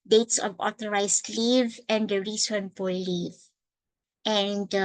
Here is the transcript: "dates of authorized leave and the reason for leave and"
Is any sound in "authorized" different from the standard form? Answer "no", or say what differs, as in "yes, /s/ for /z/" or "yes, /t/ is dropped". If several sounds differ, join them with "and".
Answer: yes, /t/ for /θ/